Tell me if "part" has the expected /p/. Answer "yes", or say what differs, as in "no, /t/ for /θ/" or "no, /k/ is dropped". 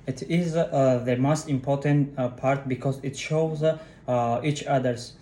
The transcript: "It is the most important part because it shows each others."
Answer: yes